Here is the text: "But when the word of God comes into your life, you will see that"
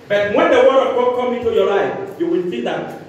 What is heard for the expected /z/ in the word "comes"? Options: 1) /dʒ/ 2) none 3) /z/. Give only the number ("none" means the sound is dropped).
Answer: 2